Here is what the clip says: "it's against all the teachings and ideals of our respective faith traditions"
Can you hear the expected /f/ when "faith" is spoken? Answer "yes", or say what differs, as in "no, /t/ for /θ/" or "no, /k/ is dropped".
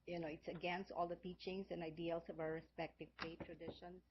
no, /p/ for /f/